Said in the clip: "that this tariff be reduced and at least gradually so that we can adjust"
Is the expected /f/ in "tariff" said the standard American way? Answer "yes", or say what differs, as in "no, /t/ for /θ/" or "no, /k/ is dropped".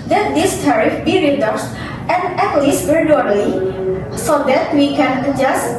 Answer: yes